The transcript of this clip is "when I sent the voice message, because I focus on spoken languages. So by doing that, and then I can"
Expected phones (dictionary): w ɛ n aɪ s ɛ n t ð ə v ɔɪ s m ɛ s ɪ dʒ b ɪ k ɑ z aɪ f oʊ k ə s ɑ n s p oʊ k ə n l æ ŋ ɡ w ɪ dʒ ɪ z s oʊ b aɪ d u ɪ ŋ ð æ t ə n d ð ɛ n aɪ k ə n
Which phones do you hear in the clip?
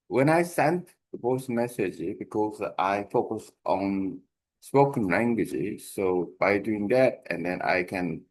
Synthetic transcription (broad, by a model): w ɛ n aɪ s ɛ n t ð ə p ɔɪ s m ɛ s ɪ dʒ b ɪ k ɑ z aɪ f oʊ k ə s ɑ n s p oʊ k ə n l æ ŋ ɡ w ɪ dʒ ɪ s oʊ b aɪ d u ɪ ŋ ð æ t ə n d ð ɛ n aɪ k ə n